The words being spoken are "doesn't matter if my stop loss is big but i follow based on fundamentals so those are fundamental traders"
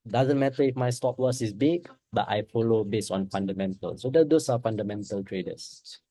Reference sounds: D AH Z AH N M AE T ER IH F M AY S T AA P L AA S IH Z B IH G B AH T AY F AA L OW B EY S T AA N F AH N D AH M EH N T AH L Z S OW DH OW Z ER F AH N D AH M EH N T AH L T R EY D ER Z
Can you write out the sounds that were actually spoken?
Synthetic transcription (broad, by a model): D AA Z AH N M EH T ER IH F M AY S T AA P W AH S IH S B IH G B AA T AY F AA L OW B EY S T AA N F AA N D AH M EH N T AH L S OW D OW S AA F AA N D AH M EH N T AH L T R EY D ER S